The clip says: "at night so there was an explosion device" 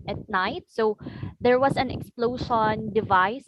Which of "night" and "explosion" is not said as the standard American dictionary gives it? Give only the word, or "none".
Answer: explosion